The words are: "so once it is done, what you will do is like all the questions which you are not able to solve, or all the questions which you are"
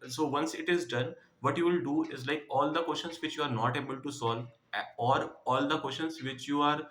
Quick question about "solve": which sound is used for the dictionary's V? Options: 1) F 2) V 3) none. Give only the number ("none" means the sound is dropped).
3